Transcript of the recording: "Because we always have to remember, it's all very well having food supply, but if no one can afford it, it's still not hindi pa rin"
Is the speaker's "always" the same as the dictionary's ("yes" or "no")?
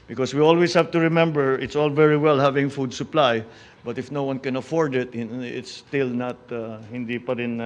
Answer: no